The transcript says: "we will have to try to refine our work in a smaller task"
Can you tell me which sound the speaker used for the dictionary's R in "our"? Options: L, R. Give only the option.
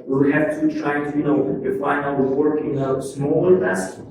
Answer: L